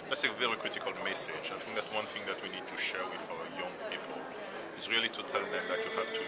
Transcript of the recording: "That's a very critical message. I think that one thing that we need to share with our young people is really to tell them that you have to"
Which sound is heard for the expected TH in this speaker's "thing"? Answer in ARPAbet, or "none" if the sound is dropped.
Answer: TH